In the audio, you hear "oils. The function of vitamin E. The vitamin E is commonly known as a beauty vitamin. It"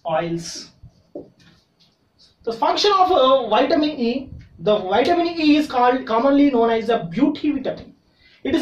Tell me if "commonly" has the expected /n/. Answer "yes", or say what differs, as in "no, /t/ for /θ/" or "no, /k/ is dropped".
yes